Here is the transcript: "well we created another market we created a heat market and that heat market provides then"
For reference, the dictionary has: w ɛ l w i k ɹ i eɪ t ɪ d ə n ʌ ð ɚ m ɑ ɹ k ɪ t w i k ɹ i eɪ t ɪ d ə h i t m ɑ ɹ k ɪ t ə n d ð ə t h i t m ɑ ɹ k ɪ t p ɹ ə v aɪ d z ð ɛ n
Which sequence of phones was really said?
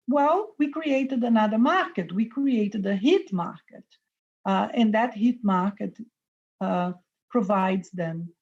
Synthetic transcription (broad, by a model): w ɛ l w i k ɹ i eɪ t ɪ d ə n ʌ ð ɚ m ɑ ɹ k ɪ t w i k ɹ i eɪ t ɪ d ə h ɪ t m ɑ ɹ k ɪ t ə n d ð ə t h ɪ t m ɑ ɹ k ɪ t p ɹ ə v aɪ d z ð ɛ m